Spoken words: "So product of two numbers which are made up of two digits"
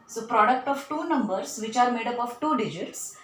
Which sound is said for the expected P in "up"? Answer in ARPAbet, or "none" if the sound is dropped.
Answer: P